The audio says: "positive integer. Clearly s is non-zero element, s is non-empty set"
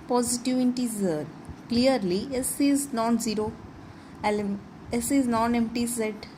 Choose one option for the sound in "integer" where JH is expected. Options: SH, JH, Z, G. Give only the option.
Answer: Z